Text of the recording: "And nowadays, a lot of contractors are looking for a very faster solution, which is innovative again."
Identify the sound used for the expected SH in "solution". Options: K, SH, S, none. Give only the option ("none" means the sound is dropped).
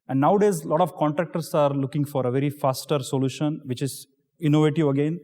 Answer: SH